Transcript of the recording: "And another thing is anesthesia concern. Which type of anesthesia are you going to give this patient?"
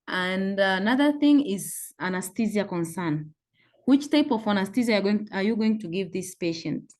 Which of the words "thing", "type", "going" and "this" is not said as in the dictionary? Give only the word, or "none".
none